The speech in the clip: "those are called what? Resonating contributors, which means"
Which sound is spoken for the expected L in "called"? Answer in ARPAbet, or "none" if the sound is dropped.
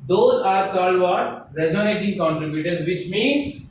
none